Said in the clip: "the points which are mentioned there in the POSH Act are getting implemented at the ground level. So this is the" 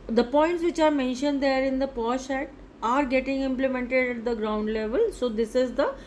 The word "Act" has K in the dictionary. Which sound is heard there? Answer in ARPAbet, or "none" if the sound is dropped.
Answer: none